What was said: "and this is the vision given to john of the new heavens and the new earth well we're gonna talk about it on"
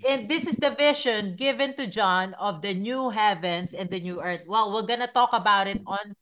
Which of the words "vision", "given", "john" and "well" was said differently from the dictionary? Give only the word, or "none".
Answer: vision